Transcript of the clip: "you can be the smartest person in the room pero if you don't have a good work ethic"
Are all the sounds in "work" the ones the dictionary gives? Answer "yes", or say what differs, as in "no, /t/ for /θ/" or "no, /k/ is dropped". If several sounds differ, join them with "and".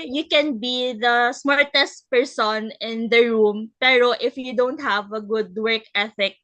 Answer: yes